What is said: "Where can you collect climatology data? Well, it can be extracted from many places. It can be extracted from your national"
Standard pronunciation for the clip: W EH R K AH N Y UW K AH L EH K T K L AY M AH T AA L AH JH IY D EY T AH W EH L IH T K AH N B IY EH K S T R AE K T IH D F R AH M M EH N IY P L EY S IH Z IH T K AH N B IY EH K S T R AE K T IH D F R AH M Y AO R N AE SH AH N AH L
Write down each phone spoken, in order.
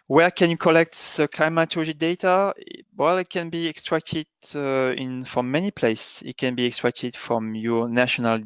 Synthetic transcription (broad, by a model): W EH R K AH N Y UW K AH L EH K T K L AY M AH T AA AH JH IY D EY T AH W EH L IH T K AH N B IY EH K S T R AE K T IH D F R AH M M EH N IY P L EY IH S IH T K AH N B IY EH K S T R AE K T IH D F R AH M Y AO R N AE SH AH N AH L